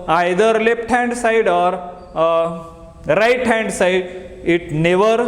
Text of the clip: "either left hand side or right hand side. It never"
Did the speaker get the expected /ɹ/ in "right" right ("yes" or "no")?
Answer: yes